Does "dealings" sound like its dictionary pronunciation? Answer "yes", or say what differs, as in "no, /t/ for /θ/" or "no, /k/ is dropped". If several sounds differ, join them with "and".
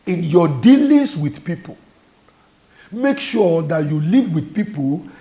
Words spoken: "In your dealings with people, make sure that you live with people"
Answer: no, /s/ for /z/